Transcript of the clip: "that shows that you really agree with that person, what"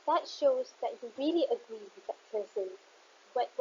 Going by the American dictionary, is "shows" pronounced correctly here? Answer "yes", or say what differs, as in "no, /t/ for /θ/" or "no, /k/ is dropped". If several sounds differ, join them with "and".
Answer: yes